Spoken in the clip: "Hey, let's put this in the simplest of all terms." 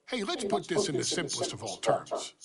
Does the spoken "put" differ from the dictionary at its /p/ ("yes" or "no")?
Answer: no